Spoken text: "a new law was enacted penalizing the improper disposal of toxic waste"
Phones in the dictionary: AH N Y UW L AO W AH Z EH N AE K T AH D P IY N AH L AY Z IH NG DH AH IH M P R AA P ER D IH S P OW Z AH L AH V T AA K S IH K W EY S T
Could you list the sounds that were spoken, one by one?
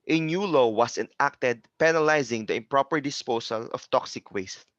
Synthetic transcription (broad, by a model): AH N Y UW L AO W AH S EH N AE K T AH D P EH N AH L AY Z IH NG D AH IH M P R AA P ER D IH S P OW S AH L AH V T AA K S IH K W EY S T